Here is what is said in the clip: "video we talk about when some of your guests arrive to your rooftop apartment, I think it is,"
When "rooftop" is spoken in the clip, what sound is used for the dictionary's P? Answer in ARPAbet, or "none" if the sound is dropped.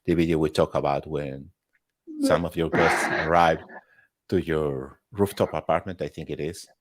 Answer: P